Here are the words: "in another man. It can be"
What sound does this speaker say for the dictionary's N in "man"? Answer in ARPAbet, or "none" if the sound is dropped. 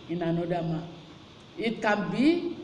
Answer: none